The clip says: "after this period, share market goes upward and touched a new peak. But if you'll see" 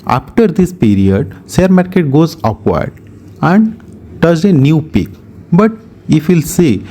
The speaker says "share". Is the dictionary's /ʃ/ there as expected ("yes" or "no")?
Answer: no